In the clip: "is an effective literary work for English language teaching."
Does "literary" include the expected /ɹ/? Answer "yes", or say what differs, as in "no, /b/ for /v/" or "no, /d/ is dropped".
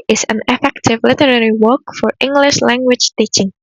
yes